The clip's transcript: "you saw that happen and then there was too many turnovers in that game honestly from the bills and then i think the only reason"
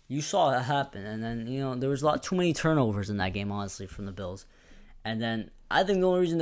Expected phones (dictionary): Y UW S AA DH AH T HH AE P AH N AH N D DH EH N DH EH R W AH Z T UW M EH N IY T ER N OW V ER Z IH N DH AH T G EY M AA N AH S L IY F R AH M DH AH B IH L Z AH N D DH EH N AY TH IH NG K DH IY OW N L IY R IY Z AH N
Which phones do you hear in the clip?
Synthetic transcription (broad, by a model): Y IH S AA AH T HH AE P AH N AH N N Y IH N DH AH R W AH Z T UW M EH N IY T ER N OW V ER Z IH N DH AH T G EY M AA N AH S L IY F R AH M DH AH B IH L Z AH N DH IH N AY TH IH NG K DH IY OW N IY R IY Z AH N